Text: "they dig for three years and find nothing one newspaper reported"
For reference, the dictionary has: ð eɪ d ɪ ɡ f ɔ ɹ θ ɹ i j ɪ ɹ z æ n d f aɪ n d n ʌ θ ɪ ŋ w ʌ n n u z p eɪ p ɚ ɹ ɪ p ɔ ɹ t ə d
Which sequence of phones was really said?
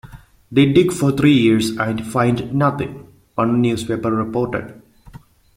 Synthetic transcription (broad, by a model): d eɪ d ɪ ɡ f ɔ ɹ t ɹ i j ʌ ɹ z æ n d f aɪ n d n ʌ t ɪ ŋ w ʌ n n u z p eɪ p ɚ ɹ ɪ p ɔ ɹ t ə d